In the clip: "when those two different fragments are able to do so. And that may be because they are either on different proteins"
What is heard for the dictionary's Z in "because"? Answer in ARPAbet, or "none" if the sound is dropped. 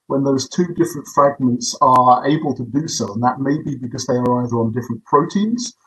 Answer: Z